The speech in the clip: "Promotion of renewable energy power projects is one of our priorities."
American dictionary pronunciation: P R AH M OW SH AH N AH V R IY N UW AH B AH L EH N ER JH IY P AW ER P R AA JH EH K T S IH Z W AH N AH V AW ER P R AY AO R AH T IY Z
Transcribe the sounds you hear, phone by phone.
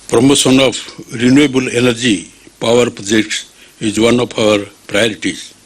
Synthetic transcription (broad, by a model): P R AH M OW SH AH N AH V R IY N UW AH B AH L EH N ER JH IY P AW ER P R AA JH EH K T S IH Z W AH N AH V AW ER P R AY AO R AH T IY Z